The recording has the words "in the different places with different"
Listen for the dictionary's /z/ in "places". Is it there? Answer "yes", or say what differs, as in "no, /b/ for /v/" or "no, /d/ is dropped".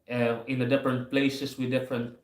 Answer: no, /s/ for /z/